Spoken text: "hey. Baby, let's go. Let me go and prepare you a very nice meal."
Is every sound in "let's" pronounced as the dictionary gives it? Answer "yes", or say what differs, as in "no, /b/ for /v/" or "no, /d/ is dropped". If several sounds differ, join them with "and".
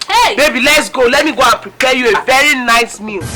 yes